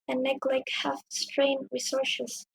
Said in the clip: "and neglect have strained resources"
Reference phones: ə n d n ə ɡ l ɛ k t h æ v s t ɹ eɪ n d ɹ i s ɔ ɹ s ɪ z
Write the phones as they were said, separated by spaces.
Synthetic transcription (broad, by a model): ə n n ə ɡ l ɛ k h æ f s t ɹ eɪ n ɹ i s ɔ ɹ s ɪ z